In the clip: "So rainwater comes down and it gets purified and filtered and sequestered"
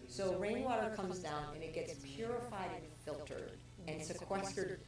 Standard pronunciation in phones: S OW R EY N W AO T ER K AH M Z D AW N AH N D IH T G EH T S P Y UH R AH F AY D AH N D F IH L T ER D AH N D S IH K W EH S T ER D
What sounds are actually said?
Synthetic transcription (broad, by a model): S OW R EY N W AO T ER K AH M Z D AW N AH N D IH T G EH T S P Y UH R AH F AY D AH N F IH L T ER D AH N S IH K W EH S T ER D